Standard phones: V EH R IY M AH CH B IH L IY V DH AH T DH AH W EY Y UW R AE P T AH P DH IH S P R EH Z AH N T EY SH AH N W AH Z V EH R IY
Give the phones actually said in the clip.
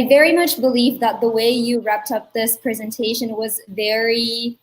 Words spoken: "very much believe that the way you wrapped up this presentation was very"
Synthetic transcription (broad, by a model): V EH R IY M AH CH B IH L IY V DH AH T DH AH W EY Y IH R AE P T AH P DH IH S P R EH Z AH N T EY SH AH N W AH Z V EH R IY